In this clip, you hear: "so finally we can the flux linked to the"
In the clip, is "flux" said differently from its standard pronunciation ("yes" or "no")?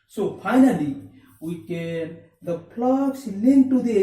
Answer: yes